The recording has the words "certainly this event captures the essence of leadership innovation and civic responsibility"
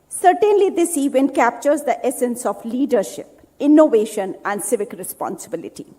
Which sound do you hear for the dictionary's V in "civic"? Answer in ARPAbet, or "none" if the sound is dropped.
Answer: V